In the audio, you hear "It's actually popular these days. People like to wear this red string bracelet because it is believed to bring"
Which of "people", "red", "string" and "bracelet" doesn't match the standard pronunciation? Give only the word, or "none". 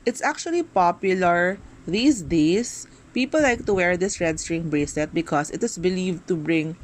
bracelet